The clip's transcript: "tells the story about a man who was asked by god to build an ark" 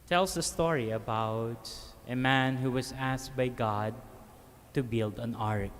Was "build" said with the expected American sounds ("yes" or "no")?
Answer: yes